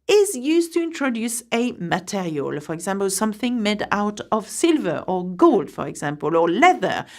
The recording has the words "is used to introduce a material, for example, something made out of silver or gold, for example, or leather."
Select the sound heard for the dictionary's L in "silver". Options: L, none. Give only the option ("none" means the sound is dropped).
L